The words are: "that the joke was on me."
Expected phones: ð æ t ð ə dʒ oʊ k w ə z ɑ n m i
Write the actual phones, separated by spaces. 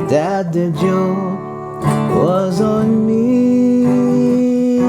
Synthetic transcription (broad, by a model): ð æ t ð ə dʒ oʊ w ə z n m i